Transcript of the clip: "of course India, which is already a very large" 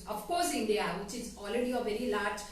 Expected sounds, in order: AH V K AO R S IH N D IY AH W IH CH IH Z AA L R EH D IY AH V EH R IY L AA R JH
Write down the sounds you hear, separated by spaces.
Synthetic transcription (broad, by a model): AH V K AO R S IH N D IY AH W IH CH IH Z AA L R EH D IY AH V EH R IY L AA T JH